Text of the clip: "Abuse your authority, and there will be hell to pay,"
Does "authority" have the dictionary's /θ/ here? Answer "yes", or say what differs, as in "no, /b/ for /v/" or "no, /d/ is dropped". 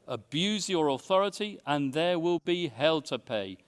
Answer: yes